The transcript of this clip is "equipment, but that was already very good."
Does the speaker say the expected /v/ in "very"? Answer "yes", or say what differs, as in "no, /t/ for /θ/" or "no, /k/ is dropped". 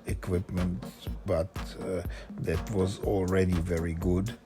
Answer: yes